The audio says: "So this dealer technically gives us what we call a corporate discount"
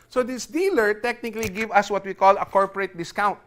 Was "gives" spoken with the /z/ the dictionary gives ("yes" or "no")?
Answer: no